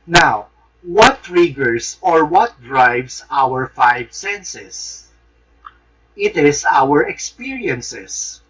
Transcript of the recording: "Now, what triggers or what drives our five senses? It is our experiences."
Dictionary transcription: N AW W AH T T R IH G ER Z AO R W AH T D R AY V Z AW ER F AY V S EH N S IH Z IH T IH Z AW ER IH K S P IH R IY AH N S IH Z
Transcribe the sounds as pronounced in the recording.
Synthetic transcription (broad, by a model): N AW W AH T T R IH G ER S AO R W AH T D R AY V S AW ER F AY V S EH N S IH S IH T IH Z AW ER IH K S P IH R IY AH N S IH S